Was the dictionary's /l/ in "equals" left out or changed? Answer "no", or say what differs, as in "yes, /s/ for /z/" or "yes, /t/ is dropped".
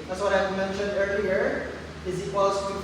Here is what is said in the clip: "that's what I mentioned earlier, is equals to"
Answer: yes, /l/ is dropped